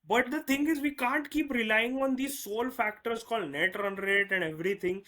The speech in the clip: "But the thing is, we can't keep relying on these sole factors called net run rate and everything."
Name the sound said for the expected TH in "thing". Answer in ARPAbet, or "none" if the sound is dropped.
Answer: T